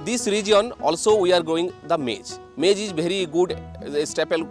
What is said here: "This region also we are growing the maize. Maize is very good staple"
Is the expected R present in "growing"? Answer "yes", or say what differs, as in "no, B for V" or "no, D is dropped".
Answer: no, R is dropped